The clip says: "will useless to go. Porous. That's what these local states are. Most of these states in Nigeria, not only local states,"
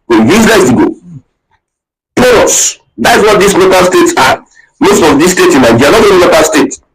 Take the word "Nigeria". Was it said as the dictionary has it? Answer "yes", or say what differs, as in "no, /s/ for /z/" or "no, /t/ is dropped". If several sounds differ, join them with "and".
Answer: no, /l/ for /n/ and /dʒ/ is dropped